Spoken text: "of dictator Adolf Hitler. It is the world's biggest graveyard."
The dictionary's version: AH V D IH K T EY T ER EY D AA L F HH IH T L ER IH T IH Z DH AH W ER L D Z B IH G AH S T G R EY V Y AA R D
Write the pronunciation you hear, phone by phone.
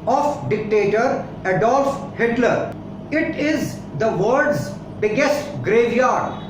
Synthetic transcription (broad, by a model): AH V D IH K T EY T ER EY D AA L F HH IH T L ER IH T IH Z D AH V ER D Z B IH G AH S T G R EY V Y AA R D